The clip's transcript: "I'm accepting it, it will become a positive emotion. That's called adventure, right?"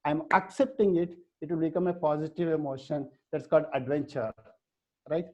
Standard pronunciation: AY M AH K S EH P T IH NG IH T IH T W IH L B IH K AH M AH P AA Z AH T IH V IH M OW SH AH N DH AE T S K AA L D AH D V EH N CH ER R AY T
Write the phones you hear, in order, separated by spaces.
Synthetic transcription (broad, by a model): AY M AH K S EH P T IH NG IH T IH T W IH L B IH K AH M AH P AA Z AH T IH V IH M OW SH AH N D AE T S K AA L D AH D V EH N CH ER R AY T